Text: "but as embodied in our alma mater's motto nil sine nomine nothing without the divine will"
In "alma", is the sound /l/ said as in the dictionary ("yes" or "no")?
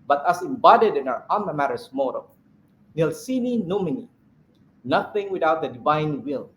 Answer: no